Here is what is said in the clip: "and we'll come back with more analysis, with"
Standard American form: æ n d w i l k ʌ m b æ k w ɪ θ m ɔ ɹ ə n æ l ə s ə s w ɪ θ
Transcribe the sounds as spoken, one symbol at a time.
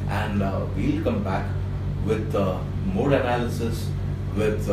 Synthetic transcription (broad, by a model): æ n d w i l k ʌ m b æ k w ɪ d m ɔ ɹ ə n æ l ə s ə s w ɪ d